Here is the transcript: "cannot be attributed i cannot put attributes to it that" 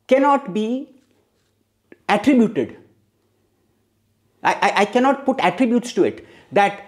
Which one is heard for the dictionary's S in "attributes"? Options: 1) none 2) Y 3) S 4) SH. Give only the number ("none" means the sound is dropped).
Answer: 3